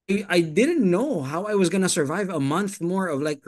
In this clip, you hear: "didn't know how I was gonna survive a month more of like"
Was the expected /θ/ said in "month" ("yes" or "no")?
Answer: yes